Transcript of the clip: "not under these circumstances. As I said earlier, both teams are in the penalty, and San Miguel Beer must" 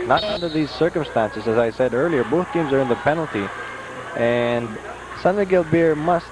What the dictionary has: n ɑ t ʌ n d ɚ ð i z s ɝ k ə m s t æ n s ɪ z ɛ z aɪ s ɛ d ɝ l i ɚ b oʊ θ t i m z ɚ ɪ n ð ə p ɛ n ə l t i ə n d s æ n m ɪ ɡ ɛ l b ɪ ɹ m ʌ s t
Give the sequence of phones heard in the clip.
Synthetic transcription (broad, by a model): n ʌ t ʌ n d ɚ ð i z s ɝ k ə m s t æ n s ɪ z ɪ z aɪ s ɛ d ɝ l i ɚ b oʊ θ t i m z ɚ ɪ n ð ə p ɛ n l t i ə n s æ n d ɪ ɡ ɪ l b ɪ ɹ m ʌ s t